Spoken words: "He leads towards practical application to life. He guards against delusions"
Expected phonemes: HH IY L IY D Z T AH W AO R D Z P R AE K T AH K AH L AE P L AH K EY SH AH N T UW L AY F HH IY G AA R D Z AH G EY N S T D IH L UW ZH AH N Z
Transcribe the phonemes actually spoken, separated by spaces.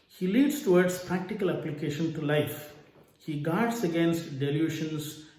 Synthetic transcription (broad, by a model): HH IY L IY D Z T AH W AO R D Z P R AE K T AH K AH L AE P L AH K EY SH AH N T UW L AY F HH IY G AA R D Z AH G EY N S T D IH L UW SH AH N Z